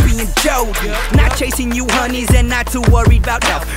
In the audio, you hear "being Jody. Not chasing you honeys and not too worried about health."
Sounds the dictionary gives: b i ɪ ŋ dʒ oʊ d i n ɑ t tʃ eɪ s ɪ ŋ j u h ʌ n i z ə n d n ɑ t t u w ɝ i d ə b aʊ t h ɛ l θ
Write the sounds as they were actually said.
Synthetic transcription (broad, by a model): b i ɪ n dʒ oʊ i n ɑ t tʃ eɪ s ɪ ŋ j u h ʌ n i z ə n n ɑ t t u w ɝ i ə b aʊ t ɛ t